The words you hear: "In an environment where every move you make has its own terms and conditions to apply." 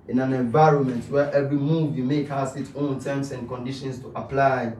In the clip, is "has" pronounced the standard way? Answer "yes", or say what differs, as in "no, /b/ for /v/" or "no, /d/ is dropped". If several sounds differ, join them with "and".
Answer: no, /s/ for /z/